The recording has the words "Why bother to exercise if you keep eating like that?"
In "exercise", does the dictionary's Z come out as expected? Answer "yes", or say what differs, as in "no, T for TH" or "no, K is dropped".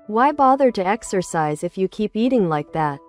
yes